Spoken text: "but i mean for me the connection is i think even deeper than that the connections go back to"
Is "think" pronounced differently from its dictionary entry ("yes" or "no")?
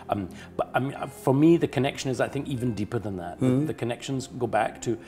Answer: no